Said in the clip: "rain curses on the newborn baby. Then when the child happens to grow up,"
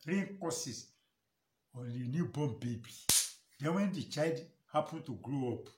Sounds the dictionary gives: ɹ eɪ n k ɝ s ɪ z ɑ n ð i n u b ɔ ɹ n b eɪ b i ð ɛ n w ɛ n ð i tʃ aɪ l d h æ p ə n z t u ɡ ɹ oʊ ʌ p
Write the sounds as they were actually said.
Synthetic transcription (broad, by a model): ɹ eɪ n k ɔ s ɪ s ɑ n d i n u b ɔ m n b eɪ b i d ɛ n w ɛ n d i tʃ aɪ l d h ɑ p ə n t u ɡ ɹ oʊ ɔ p